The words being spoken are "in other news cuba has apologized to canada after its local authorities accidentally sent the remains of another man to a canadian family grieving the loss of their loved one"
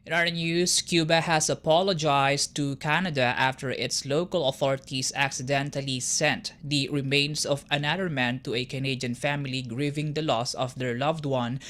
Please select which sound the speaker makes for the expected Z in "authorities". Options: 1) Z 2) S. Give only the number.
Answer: 2